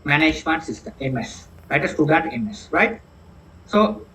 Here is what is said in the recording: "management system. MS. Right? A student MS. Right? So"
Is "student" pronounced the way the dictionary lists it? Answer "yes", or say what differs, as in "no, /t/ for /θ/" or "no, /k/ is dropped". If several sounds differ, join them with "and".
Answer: no, /n/ is dropped